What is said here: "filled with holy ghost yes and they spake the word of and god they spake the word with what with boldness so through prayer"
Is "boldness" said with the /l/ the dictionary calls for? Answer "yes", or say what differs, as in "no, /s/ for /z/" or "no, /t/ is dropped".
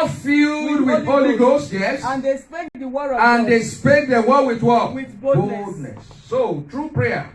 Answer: no, /l/ is dropped